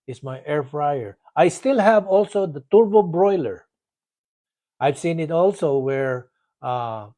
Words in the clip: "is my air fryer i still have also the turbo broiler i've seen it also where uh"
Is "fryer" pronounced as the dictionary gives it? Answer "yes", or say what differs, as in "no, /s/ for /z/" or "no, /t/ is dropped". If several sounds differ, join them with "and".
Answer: yes